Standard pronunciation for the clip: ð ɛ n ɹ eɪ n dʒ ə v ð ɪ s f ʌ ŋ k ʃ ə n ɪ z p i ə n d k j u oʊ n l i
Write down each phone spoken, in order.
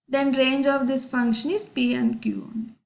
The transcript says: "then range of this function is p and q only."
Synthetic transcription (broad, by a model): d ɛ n ɹ eɪ n dʒ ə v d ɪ s f ʌ ŋ k ʃ ə n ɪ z p i ə n d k j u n